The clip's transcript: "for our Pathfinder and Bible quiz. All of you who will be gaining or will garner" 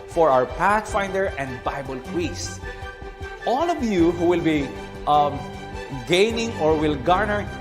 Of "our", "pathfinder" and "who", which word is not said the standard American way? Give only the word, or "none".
none